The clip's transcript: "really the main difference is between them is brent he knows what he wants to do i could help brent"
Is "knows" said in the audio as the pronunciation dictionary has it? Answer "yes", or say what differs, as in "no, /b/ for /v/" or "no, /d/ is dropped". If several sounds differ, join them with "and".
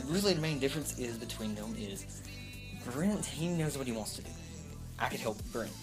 yes